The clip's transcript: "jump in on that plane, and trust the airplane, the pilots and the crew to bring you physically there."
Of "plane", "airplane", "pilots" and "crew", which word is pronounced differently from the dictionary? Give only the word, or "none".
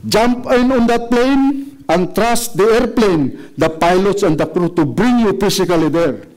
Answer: none